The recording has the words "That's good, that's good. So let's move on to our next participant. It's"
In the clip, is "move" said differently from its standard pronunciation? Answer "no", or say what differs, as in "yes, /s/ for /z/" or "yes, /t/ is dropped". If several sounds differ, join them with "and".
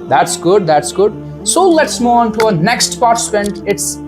yes, /v/ is dropped